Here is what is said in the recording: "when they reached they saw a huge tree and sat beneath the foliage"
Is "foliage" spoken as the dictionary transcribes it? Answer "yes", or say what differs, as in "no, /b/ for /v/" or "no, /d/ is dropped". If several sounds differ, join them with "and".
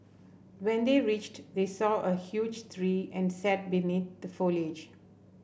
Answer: yes